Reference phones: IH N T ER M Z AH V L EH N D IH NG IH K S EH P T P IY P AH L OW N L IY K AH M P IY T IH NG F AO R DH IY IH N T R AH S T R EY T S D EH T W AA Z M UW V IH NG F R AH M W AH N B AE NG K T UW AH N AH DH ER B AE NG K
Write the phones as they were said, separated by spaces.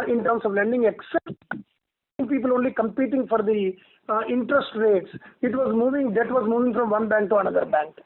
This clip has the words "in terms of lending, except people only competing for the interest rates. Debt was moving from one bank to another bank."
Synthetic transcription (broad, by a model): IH N T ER M S AH V L EH N D IH NG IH K S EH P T P IY P AH L OW N L IY K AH M P IY T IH NG F AO R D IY IH N T R AH S T R EY T S D EH T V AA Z M UW V IH NG F R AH M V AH N B AE NG K T UW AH N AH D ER B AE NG K